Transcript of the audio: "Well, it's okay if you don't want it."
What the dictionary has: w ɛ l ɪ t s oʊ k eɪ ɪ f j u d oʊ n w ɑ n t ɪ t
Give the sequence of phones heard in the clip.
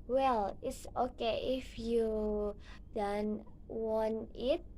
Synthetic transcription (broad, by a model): w ɛ l ɪ t s oʊ k eɪ ɪ f j u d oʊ n w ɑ n ɪ t